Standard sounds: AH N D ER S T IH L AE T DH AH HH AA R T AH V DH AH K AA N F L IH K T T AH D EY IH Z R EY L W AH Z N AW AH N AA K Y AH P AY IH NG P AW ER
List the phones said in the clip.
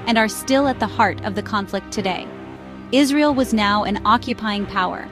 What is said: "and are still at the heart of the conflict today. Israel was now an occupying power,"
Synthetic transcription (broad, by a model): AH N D ER S T IH L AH T DH AH HH AA R T AH V DH AH K AA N F L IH K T T AH D EY IH Z R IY L W AH Z N AW AH N AA K Y AH P AY IH NG P AW ER